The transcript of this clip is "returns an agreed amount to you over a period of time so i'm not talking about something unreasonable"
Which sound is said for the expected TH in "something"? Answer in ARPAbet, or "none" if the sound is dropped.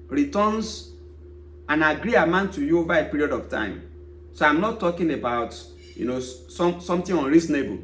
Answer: S